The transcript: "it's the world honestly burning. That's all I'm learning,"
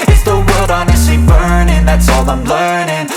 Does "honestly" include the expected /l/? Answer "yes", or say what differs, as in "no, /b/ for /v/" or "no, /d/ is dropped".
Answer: no, /l/ is dropped